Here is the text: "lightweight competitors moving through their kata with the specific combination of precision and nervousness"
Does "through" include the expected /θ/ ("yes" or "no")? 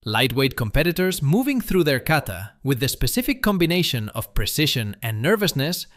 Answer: yes